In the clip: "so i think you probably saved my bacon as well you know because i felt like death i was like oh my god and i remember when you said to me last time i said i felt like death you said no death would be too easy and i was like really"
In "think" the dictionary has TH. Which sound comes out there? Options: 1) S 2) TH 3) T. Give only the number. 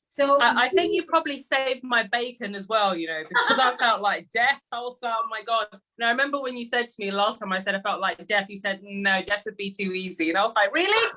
2